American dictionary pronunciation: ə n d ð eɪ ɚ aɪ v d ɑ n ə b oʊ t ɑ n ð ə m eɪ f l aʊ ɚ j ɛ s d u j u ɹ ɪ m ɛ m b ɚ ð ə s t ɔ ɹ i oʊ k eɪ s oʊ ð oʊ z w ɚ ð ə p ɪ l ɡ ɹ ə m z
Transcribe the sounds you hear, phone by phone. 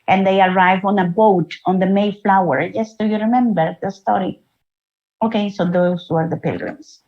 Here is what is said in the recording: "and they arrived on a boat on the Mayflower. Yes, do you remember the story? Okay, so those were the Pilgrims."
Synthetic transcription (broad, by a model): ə n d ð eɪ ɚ aɪ v ɑ n ə b oʊ t ɑ n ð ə m eɪ f l aʊ ɚ j ɛ s d u j u ɹ ɪ m ɛ m b ɚ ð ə s t ɔ ɹ i oʊ k eɪ s oʊ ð oʊ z w ɚ ð ə p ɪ l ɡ ɹ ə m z